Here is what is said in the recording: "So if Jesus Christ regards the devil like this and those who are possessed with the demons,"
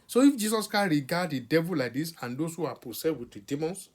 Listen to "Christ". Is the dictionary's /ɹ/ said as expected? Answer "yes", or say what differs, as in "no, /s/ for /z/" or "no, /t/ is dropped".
no, /ɹ/ is dropped